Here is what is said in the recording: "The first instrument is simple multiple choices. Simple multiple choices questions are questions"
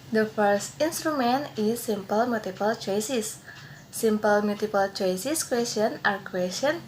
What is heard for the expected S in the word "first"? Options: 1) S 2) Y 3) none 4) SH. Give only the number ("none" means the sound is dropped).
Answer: 1